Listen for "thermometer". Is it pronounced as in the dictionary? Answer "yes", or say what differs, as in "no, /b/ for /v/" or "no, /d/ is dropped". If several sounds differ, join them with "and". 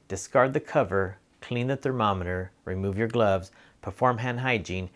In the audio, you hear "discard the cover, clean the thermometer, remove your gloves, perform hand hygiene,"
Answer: yes